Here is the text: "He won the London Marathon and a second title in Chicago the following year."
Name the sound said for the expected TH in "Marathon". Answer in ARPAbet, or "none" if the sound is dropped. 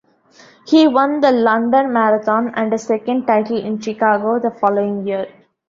T